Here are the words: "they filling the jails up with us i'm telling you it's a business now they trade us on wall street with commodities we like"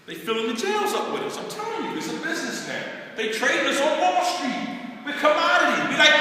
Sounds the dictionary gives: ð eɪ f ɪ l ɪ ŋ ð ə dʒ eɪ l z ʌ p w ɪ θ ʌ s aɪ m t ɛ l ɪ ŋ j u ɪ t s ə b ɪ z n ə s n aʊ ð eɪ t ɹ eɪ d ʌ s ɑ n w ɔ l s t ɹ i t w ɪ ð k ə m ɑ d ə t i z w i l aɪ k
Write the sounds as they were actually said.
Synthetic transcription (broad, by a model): ð eɪ f ɪ l ɪ ŋ ð ə dʒ eɪ l z ʌ p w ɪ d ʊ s aɪ m t ɛ l ɪ ŋ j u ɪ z ə b ɪ z n ə s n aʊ ð eɪ t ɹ eɪ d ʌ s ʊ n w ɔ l s t ɹ i t w ɪ ð k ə m ɑ d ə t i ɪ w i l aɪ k